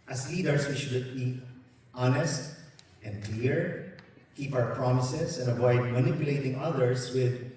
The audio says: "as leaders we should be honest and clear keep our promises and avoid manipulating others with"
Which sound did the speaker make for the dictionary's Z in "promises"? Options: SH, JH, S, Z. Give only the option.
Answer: S